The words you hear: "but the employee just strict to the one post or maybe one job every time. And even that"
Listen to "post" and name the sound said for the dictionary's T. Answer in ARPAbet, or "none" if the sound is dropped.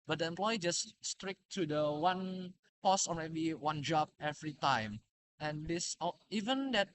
none